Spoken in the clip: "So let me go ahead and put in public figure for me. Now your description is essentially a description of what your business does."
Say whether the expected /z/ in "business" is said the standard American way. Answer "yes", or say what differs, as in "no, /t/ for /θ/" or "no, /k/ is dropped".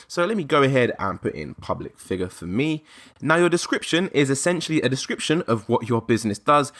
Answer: yes